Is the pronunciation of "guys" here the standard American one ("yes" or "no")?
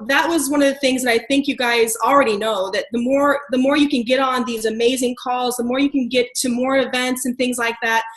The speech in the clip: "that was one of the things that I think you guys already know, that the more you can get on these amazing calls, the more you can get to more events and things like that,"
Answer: yes